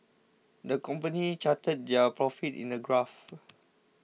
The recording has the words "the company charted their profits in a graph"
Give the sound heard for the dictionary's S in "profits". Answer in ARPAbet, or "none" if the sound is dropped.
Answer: none